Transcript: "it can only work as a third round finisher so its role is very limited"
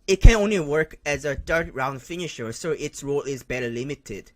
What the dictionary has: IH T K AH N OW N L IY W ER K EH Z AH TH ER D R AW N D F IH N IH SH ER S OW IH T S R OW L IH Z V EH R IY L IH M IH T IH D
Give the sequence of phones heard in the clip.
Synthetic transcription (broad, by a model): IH T K AH N OW N L IY W ER K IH Z AH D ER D R AW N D F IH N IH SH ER S OW IH T S R OW L IH Z B EH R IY L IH M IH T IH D